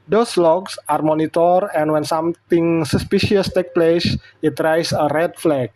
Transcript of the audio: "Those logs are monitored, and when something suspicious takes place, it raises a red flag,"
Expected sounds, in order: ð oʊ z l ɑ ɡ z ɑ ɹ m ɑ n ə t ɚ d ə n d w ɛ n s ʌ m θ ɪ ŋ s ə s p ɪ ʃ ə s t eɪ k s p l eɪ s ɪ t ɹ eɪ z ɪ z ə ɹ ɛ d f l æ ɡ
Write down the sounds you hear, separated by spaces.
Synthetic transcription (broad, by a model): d oʊ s l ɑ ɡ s ɑ ɹ m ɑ n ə t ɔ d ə n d w ɛ n s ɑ m t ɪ ŋ s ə s p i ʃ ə s t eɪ k p l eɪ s ɪ t ɹ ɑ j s ə ɹ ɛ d f l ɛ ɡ